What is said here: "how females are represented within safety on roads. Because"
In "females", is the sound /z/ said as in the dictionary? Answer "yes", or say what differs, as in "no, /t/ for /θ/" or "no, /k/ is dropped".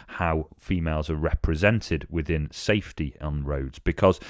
yes